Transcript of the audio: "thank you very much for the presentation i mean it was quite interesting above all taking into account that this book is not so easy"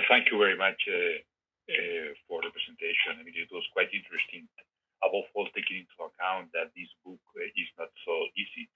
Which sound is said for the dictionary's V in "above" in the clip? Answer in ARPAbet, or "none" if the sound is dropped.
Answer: F